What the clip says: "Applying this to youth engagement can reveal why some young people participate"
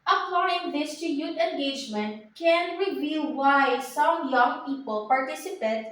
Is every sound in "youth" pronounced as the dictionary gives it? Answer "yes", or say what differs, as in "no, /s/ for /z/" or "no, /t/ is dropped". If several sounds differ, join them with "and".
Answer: no, /t/ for /θ/